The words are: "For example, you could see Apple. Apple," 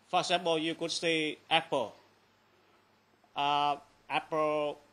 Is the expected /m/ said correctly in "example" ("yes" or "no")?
no